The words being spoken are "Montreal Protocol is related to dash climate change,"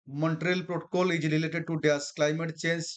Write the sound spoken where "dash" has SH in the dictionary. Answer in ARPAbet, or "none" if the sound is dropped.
S